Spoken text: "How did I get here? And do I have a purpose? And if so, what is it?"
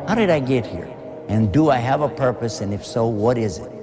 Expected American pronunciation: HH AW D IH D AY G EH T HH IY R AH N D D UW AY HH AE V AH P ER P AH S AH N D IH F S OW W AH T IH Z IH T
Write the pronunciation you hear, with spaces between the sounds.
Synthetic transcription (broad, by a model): HH AW D IH D AY G EH T HH IY R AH N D D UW AY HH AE V AH P ER P AH S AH N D IH F S OW W AH T IH Z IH T